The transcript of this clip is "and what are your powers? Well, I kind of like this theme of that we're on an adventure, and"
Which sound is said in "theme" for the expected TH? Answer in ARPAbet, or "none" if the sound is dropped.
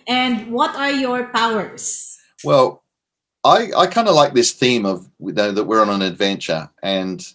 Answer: TH